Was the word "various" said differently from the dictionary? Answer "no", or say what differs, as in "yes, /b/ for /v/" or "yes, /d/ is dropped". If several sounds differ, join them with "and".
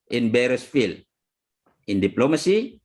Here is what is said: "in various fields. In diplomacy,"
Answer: yes, /b/ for /v/